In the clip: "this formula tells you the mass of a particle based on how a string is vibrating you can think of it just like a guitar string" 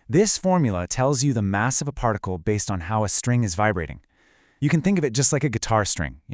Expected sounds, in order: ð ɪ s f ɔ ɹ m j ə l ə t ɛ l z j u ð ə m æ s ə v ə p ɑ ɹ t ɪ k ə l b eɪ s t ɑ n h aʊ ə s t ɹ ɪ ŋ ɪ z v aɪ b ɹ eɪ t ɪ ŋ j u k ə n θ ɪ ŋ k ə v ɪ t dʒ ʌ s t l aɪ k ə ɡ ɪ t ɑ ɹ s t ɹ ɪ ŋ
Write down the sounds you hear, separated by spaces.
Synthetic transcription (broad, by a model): ð ɪ s f ɔ ɹ m j l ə t ɛ l z j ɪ ð ə m æ s ə v ə p ɑ ɹ t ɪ k l b eɪ s t n h aʊ ə s t ɹ ɪ ŋ ɪ z v aɪ b ɹ eɪ t ɪ ŋ j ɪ k ə n θ ɪ ŋ k ə v ɪ t dʒ ʌ s t l aɪ k ə ɡ ɪ t ɑ ɹ s t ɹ ɪ ŋ